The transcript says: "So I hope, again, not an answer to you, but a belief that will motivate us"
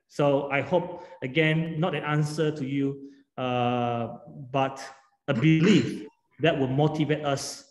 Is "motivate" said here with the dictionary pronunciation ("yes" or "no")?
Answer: yes